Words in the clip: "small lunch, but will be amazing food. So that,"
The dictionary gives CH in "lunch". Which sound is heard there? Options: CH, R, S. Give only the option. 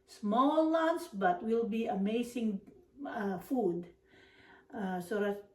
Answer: S